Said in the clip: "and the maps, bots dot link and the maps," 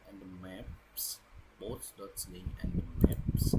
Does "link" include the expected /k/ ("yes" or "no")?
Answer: no